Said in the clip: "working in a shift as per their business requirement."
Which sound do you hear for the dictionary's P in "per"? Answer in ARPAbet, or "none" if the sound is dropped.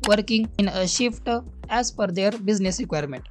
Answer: F